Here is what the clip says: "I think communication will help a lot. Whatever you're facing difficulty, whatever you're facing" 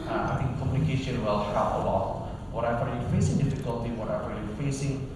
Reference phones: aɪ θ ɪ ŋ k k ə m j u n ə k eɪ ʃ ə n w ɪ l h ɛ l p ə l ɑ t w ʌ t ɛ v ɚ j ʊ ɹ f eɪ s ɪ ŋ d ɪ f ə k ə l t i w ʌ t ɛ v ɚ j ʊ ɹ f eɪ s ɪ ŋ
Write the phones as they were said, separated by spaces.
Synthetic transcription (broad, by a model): aɪ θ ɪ ŋ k k ə m j u n ə k eɪ ʃ ə n w ɪ l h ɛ p ə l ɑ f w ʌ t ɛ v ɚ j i f eɪ s ɪ ŋ d ɪ f ə k ə l t i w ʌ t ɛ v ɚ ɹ f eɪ s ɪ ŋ